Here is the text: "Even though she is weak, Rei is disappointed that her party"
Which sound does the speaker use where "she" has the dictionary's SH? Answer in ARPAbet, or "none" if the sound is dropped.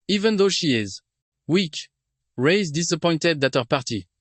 SH